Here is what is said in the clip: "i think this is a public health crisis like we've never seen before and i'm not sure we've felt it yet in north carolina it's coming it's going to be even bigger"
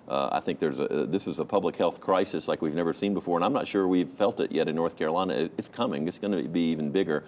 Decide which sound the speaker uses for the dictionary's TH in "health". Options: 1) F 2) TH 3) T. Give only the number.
2